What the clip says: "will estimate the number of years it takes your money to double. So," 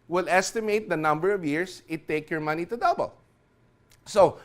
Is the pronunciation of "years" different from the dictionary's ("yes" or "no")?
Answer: yes